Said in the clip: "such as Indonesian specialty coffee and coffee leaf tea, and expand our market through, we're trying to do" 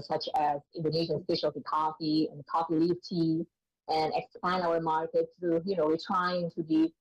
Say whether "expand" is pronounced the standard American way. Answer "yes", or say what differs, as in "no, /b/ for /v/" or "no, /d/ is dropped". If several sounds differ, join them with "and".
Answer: no, /d/ is dropped